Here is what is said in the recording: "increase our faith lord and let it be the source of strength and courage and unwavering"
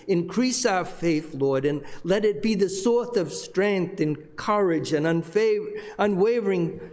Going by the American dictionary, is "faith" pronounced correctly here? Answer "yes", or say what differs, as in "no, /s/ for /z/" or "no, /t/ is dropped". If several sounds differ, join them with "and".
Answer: yes